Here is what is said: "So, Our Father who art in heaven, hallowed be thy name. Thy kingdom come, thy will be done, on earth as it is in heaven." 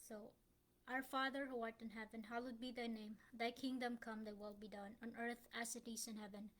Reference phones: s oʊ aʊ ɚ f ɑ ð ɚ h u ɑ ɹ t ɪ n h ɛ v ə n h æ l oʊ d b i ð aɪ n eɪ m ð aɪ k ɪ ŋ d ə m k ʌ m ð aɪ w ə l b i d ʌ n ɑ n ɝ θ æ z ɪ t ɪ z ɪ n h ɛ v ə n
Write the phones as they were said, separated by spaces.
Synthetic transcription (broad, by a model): s oʊ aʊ ɚ f ɑ ð ɚ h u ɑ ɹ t ɪ n h ɛ v ə n h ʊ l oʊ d b i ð aɪ n eɪ m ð aɪ k ɪ ŋ d ə m k ʌ m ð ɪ w ə l b i d ʌ n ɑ n ɝ θ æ s ɪ t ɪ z ɪ n h ɛ v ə n